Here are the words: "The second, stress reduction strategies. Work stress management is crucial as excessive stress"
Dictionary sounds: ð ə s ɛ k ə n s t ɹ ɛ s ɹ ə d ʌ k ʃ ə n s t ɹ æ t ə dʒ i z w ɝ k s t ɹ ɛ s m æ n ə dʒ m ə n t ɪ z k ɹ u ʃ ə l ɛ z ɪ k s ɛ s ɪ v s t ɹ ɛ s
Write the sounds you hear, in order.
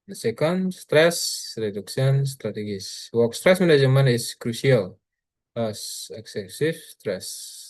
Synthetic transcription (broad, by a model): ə s ɛ k ə n s t ɹ ɛ s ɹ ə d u k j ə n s t ɹ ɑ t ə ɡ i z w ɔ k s t ɹ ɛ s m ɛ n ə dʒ m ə n ɪ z k ɹ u s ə l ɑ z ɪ k s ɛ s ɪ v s t ɹ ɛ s